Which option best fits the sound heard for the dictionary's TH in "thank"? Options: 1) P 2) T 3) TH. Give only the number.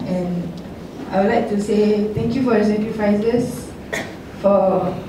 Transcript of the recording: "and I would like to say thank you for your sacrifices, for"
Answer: 2